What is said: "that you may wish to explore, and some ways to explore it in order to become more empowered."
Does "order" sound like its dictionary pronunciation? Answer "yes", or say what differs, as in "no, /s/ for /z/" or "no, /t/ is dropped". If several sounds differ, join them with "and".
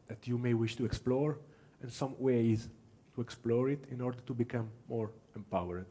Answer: yes